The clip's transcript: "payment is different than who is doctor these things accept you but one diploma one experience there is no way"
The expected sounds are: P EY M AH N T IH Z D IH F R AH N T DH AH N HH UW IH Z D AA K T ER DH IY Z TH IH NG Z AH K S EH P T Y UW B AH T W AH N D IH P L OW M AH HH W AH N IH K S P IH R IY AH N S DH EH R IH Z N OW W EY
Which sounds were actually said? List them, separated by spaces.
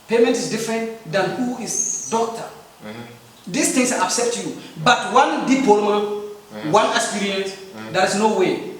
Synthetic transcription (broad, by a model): P EY M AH N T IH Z D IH F R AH N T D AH N HH UW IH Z D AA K T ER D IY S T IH NG S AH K S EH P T Y UW B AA T W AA N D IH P OW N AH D W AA N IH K S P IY R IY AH N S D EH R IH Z N OW W EY